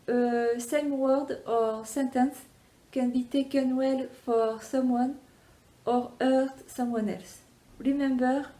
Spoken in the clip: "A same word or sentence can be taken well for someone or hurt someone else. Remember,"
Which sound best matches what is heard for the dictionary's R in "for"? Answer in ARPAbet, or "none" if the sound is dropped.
R